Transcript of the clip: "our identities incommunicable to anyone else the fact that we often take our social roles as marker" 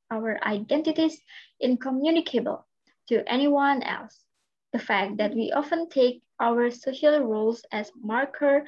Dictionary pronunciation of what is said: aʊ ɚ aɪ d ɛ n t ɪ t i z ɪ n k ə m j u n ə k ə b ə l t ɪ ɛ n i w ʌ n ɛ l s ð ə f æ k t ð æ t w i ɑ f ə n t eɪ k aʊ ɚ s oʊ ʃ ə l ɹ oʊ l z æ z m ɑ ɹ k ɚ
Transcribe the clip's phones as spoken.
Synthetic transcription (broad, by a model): aʊ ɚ aɪ d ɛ n t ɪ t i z ɪ n k ə m j u n ə k ə b ə l t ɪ ɛ n i w ʌ n ɛ l s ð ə f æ k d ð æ t w i ɑ f ə n t eɪ k aʊ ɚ s oʊ ʃ ə l ɹ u l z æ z m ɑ ɹ k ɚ